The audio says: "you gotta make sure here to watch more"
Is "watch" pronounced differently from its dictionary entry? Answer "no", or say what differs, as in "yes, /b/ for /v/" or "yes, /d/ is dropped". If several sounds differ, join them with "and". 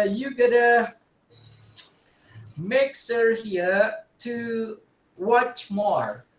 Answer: no